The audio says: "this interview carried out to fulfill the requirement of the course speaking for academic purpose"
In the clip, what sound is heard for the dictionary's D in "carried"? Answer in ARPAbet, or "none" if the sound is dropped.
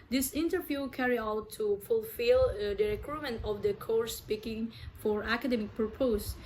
none